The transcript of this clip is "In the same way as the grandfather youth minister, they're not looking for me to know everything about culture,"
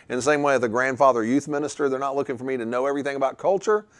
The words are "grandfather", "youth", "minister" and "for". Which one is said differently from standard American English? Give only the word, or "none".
none